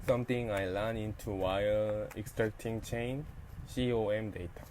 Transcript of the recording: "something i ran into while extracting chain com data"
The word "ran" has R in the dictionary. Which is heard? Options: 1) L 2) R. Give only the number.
1